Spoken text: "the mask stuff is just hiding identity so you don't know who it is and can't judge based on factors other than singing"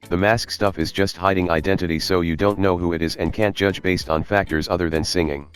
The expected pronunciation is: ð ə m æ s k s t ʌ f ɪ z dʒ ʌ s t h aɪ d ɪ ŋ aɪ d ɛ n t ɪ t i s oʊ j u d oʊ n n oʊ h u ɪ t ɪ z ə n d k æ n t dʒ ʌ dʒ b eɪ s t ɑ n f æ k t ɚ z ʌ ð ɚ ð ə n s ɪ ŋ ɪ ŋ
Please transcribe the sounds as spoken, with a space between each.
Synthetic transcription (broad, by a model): ð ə m æ s k s t ʌ f ɪ z dʒ ʌ s t h aɪ d ɪ ŋ aɪ d ɛ n t ɪ t i s oʊ j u d oʊ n n oʊ h u ɪ t ɪ z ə n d k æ n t dʒ ʌ dʒ b eɪ s t n f æ k t ɚ z ʌ ð ɚ ð ə n s ɪ ŋ ɪ ŋ